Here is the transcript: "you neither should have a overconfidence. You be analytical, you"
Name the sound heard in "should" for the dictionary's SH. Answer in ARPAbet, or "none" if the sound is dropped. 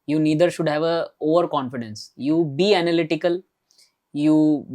SH